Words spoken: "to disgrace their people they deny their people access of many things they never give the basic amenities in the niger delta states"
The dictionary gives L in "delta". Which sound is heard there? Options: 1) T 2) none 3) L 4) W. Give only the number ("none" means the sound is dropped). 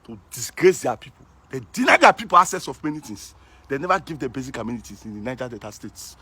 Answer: 2